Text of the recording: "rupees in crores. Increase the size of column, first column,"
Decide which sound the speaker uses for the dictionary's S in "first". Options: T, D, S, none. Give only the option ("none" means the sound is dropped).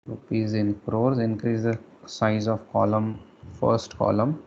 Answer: S